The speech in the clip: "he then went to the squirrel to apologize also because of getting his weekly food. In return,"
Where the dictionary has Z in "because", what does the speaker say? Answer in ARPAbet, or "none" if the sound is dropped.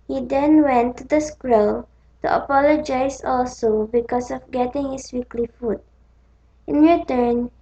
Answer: S